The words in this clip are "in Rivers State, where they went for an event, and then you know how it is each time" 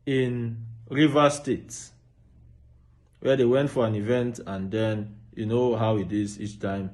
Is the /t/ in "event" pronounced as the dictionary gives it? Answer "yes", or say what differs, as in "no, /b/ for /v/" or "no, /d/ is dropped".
yes